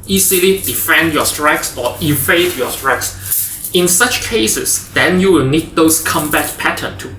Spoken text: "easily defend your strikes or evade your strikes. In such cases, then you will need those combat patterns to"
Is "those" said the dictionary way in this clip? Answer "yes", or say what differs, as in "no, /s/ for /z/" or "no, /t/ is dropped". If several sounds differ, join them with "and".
no, /s/ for /z/